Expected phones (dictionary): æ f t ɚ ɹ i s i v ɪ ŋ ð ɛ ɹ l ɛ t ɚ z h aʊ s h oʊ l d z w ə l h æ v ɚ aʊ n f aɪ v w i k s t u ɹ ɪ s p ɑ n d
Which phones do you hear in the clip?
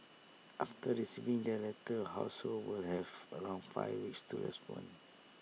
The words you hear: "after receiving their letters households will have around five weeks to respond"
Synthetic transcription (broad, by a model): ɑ f t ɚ ɹ i s i v ɪ ŋ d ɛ l ɛ t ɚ h aʊ s h oʊ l w ə l h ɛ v ɚ aʊ n f aɪ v w i k s t u ɹ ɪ s p ɑ n